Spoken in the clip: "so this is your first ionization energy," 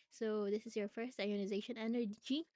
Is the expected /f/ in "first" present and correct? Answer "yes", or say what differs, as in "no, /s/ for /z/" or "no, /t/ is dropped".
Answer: yes